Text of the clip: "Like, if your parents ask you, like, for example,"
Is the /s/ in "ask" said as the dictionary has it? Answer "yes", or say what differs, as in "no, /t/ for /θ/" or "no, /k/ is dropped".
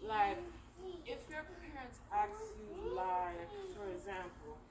no, /s/ is dropped